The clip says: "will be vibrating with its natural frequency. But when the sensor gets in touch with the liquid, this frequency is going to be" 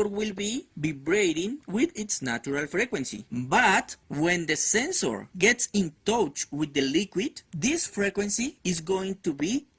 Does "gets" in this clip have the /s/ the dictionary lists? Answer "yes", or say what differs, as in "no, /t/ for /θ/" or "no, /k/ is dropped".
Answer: yes